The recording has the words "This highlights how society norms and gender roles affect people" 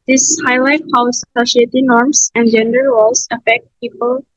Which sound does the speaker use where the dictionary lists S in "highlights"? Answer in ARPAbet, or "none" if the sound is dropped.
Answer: none